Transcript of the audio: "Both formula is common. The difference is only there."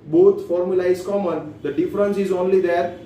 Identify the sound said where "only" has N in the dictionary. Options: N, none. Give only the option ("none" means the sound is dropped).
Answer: N